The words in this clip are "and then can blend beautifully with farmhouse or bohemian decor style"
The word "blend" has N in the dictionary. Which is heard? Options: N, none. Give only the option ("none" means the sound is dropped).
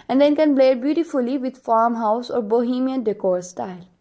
none